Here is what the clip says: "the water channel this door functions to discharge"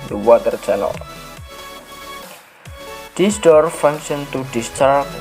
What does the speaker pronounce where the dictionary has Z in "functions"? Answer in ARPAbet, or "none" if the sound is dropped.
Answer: none